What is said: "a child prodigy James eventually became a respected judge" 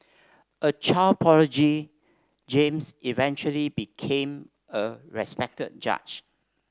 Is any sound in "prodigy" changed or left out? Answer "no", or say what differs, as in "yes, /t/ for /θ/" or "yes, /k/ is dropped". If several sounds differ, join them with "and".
yes, /ɹ/ is dropped